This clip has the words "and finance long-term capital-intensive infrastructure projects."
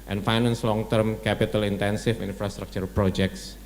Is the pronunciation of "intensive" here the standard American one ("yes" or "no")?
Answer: no